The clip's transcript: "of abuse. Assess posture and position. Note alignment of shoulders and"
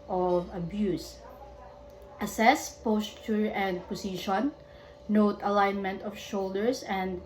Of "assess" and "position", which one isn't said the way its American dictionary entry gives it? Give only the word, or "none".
position